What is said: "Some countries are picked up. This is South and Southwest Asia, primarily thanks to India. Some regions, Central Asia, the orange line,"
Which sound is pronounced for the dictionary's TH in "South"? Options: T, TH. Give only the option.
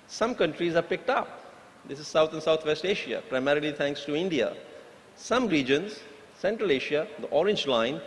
T